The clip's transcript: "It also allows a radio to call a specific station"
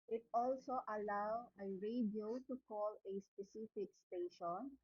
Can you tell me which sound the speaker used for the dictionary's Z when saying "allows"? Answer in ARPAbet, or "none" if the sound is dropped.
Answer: none